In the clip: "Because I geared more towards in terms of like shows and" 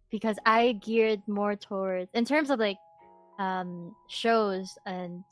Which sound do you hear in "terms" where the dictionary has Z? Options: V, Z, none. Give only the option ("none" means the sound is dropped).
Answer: Z